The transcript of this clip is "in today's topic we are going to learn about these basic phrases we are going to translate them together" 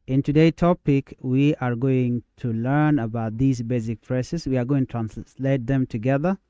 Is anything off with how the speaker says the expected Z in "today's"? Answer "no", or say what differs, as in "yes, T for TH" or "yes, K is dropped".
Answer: yes, Z is dropped